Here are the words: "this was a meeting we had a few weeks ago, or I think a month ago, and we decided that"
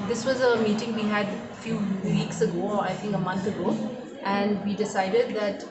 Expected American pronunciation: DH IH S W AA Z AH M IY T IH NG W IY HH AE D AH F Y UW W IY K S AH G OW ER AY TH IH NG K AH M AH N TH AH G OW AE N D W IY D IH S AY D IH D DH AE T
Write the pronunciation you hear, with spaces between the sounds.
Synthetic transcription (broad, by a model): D IH S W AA Z AH M IY T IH NG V IY HH AE D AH F Y UW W IY K S AH G OW AY T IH NG K AH M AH N T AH G OW AE N D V IY D IH S AY D IH D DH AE T